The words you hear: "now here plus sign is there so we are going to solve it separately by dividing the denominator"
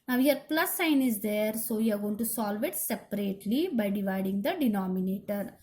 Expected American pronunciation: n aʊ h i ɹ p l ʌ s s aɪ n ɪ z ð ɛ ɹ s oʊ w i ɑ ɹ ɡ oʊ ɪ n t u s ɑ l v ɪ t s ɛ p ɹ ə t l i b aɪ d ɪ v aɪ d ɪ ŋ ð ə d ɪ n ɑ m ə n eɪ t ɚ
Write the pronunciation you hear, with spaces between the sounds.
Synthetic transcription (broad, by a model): n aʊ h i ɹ p l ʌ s s aɪ n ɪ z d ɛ ɹ s oʊ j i ɑ ɹ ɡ oʊ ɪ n t u s ɑ l v ɪ t s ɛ p ɹ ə t l i b aɪ d ɪ v aɪ d ɪ ŋ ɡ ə d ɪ n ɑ m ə n eɪ t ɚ